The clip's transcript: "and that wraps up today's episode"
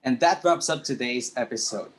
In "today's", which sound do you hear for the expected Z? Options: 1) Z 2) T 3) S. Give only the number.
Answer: 1